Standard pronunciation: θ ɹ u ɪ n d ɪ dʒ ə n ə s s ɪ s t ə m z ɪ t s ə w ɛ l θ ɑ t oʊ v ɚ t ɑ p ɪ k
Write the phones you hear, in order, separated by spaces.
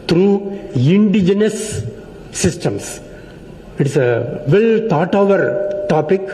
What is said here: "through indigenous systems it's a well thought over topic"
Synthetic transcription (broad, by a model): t ɹ u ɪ n d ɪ dʒ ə n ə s s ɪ s t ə m s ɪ t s ə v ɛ l t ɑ t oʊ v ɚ t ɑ p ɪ k